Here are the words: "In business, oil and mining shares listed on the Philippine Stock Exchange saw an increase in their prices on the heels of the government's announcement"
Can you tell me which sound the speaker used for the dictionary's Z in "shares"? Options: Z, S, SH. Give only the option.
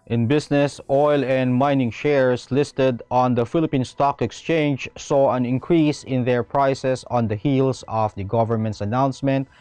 S